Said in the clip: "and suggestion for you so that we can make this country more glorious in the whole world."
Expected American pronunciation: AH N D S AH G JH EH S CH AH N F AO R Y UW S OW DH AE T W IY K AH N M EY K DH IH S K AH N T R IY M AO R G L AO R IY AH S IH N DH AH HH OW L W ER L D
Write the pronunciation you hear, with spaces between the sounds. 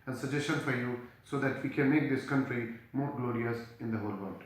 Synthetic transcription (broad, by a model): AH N S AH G JH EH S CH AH N F AO R Y UW S OW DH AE T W IY K AH N M EY K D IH S K AH N T R IY M AO R G L AO R IY AH S IH N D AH HH OW L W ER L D